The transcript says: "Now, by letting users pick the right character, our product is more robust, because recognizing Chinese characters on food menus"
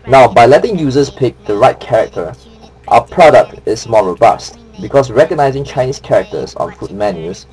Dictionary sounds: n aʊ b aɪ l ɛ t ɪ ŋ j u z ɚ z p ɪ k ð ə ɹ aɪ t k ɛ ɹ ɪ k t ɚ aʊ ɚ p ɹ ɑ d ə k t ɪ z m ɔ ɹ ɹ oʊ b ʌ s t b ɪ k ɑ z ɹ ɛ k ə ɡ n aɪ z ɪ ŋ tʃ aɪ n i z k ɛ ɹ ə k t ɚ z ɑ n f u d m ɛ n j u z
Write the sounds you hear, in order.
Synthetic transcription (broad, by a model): n aʊ b aɪ l ɛ t ɪ ŋ j u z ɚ s p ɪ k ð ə ɹ aɪ t k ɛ ɹ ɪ k t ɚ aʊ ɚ p ɹ ɑ d ə k t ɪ s m ɔ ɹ ɹ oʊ b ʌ s t b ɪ k ɑ s ɹ ɛ k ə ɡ n aɪ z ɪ ŋ tʃ aɪ n i s k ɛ ɹ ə k t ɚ s ɑ n f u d m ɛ n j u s